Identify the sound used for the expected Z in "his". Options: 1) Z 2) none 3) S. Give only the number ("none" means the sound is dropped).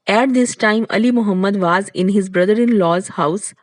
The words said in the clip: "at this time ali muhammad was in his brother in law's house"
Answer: 1